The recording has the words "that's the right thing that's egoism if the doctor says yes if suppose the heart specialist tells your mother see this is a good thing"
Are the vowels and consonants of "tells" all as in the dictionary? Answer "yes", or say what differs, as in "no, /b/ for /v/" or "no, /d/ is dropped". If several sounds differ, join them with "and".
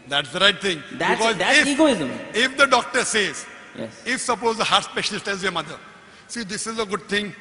no, /l/ is dropped